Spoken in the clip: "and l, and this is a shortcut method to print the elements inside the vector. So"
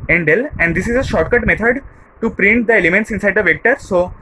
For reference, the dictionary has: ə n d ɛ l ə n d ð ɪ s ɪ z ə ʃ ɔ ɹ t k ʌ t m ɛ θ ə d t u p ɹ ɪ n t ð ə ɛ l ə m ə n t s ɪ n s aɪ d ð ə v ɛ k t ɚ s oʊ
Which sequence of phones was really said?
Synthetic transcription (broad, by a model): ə n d ɛ l ə n d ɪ s ɪ z ə ʃ ɔ ɹ t k ʌ t m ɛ t ə d t u p ɹ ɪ n t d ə ɛ l ə m ə n t s ɪ n s aɪ d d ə v ɛ k t ɚ s oʊ